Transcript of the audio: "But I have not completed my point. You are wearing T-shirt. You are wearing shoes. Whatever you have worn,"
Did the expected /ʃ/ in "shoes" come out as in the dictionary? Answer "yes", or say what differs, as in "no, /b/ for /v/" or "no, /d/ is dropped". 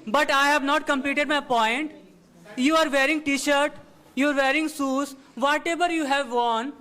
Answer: no, /s/ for /ʃ/